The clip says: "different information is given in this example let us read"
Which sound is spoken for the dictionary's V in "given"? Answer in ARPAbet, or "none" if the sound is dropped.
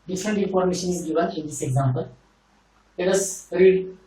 B